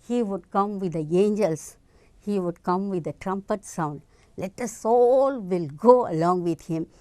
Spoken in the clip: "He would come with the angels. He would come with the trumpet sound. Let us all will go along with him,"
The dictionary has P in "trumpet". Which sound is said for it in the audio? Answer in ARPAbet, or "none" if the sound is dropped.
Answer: P